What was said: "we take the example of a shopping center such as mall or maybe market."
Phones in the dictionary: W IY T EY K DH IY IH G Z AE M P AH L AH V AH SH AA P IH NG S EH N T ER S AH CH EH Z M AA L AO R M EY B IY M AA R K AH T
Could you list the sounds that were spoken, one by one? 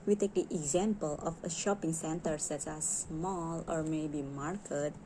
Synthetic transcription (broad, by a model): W IY T EY K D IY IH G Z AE M P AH L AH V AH SH AA P IH NG S EH N T ER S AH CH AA S M AA L AO R M EY B IY M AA R K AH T